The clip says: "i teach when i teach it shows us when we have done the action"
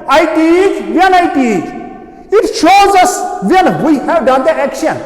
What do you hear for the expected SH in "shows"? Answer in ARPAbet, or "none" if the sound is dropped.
SH